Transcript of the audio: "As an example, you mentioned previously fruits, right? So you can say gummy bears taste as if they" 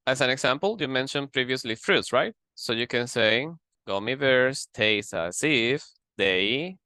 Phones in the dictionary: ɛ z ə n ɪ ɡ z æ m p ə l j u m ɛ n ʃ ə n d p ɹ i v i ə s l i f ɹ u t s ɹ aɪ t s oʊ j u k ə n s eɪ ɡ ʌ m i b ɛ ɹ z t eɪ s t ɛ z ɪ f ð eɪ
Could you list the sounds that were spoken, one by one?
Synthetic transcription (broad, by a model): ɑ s ə n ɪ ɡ s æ m p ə l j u m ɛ n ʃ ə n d p ɹ i v i ə s l i f ɹ u t s ɹ aɪ t s oʊ j u k ə n s eɪ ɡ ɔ m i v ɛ ɹ s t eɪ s ɑ s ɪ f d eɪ